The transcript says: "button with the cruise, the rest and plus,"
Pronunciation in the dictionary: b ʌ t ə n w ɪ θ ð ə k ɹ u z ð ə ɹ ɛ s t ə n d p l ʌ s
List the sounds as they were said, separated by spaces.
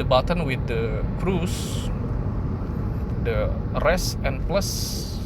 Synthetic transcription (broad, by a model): b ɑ t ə n w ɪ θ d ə k ɹ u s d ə ɹ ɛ s ə n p l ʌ s